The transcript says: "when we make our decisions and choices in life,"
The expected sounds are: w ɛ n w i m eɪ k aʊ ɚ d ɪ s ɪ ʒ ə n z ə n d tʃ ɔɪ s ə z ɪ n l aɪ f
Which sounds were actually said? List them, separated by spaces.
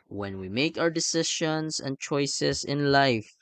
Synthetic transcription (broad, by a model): w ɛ n w i m eɪ k aʊ ɚ d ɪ s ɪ ʃ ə n s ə n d tʃ ɔɪ s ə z ɪ n l aɪ f